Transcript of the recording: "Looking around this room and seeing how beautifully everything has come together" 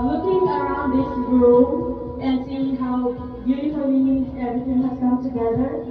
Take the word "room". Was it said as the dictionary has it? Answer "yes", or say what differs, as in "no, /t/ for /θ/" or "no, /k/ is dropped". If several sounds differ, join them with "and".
no, /m/ is dropped